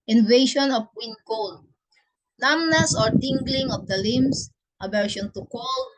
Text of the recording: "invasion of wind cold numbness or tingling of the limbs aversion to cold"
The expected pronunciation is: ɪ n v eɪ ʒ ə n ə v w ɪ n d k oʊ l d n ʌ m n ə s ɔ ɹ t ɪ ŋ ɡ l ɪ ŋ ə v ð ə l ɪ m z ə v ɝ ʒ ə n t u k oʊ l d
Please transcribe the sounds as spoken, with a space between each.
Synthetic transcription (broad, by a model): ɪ n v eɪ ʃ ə n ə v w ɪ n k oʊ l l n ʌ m n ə s ɔ ɹ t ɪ ŋ ɡ l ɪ ŋ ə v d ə l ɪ m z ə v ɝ ʃ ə n t u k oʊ l